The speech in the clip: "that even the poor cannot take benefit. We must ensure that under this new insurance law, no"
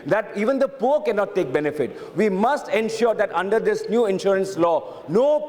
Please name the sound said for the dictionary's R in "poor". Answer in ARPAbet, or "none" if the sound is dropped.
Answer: R